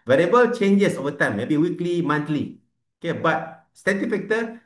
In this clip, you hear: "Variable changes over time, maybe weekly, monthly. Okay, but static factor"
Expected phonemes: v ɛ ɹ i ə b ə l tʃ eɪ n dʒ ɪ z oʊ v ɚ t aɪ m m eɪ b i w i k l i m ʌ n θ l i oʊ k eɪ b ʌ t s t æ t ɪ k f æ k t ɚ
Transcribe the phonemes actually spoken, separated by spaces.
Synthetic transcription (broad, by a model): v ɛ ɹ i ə b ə l tʃ eɪ n dʒ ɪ s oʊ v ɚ t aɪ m m eɪ b i w i k l i m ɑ n t l i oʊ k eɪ b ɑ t s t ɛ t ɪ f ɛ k t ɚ